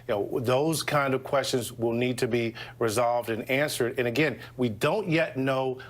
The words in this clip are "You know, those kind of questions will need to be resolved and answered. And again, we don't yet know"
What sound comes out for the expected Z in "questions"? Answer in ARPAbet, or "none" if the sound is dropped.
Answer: Z